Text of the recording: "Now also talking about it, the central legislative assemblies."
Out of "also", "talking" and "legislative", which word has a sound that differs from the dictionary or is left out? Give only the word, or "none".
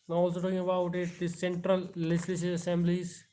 legislative